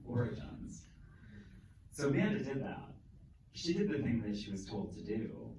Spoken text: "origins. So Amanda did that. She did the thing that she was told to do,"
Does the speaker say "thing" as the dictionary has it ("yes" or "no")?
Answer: yes